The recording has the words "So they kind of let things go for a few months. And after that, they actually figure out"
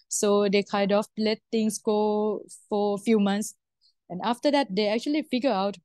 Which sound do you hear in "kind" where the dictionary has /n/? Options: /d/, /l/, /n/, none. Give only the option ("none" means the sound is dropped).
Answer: none